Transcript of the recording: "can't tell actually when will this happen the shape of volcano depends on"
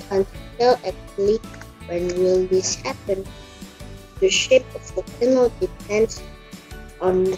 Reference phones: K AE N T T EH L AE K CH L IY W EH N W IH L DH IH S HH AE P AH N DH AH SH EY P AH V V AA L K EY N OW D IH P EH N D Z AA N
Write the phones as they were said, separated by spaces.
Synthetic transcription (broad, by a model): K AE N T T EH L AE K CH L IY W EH N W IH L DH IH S HH AE P AH N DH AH SH EY P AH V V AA K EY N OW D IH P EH N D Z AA N